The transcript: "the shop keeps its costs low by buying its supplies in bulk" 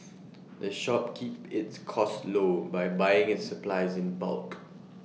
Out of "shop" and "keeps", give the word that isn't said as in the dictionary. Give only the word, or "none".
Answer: keeps